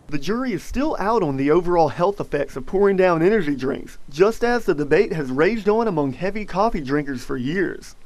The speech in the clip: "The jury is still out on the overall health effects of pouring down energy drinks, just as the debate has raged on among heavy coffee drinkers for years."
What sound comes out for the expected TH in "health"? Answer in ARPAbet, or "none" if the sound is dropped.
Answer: TH